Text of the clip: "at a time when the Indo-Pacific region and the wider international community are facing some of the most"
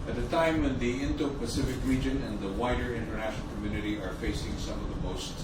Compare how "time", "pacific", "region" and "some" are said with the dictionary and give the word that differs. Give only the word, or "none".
none